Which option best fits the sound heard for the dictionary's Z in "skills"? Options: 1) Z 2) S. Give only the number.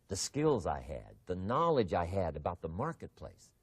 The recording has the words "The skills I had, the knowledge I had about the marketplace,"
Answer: 1